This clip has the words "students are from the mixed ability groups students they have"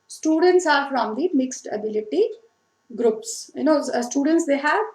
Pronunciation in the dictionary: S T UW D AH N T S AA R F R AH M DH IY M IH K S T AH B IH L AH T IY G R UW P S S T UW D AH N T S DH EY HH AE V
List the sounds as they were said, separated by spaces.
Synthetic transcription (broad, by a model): S T UW D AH N T S AA R F R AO M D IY M IH K S T AH B IH L AH T IY G R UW P S S T UW D AH N T S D EY HH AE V